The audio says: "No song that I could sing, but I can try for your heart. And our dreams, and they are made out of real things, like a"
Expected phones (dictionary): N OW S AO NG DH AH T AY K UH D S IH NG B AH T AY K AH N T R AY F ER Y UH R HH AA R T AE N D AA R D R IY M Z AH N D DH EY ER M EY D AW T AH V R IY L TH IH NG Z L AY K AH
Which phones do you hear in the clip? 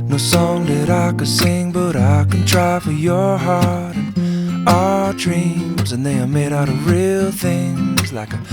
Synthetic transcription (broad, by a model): N OW S AO NG DH AH T AY K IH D S IH NG B AH T AY K AH N T R AY F ER Y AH R HH AA R T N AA D R IY M Z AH N DH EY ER M EY D AW T AH V R IY L TH IH NG Z L AY K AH